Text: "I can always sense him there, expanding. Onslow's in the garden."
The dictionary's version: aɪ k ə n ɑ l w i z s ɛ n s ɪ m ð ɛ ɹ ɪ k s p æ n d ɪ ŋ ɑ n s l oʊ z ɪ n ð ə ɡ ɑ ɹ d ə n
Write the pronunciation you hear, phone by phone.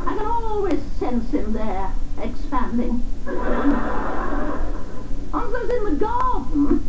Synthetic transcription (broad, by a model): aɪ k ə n ɑ l w i z s ɛ n s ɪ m ð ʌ ɹ ɪ k s p æ n d ɪ ŋ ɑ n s oʊ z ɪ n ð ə ɡ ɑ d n